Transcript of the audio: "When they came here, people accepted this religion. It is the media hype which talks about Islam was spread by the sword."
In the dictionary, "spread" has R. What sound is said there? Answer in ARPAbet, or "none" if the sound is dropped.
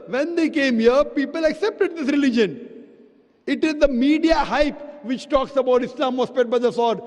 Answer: none